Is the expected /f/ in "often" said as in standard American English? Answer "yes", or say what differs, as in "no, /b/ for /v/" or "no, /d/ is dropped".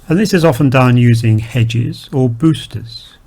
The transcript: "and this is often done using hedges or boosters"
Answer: yes